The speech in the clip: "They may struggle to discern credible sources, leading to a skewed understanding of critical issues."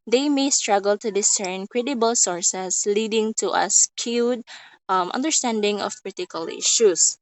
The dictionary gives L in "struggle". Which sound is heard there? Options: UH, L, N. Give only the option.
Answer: L